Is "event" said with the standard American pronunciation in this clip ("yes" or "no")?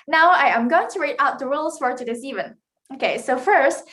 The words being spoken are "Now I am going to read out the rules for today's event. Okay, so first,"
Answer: no